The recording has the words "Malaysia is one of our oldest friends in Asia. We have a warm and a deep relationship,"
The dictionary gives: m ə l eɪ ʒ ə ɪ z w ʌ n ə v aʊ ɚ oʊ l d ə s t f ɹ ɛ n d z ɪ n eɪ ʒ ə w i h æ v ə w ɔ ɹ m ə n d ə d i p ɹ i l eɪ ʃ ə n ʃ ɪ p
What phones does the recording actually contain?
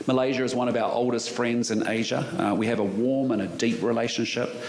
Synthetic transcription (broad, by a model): m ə l eɪ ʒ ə ɪ z w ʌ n ə v aʊ ɚ oʊ l d ə s t f ɹ ɛ n d z ɪ n eɪ ʒ ə w i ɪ v ə w ɔ ɹ m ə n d ə d i p ɹ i l eɪ ʃ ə n ʃ ɪ p